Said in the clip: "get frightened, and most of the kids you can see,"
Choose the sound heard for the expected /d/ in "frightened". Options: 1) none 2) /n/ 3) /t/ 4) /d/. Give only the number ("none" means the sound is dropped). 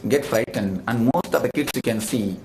4